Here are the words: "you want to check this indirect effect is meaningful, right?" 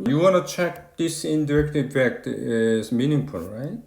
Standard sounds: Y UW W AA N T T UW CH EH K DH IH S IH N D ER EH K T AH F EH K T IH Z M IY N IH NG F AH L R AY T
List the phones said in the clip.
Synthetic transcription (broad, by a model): Y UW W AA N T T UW CH EH K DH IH S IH N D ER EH K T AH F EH K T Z M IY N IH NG P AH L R AY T